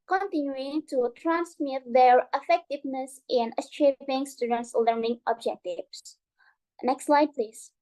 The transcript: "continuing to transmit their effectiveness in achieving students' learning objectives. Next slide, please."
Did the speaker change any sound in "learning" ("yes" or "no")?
no